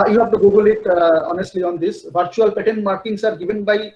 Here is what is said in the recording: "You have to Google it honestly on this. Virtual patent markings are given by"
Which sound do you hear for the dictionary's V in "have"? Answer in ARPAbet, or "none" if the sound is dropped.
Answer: P